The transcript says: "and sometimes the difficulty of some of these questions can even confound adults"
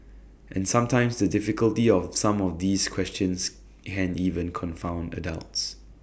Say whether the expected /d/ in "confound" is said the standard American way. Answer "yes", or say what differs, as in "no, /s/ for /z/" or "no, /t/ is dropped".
yes